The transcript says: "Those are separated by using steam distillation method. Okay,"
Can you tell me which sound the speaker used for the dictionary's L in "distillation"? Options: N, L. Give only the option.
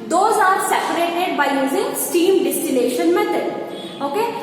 N